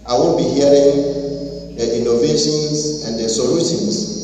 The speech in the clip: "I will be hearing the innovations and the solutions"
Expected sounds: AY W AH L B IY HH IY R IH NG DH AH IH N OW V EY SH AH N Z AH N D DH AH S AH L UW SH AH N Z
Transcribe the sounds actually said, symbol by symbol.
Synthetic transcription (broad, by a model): AY W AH N B IY HH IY R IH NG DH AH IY N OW V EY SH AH N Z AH N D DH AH S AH L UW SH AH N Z